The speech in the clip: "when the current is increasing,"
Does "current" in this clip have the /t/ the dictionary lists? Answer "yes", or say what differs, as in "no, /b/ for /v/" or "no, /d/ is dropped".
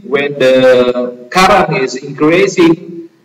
no, /t/ is dropped